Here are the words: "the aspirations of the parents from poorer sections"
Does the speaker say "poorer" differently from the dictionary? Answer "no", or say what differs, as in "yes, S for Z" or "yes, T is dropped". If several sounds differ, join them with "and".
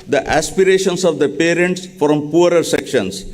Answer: no